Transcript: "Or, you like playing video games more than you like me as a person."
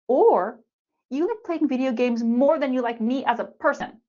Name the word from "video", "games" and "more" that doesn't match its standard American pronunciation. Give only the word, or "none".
none